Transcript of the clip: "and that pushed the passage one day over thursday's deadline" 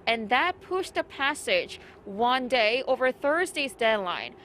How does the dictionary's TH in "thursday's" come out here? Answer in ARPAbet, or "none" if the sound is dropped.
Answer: TH